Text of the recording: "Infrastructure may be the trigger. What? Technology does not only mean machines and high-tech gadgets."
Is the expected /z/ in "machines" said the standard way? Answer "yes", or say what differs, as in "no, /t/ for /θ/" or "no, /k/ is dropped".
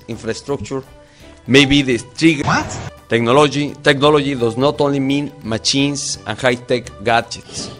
no, /s/ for /z/